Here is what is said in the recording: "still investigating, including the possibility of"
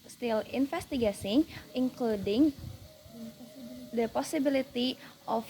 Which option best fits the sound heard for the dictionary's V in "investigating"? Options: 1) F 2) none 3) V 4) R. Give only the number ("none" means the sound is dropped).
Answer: 1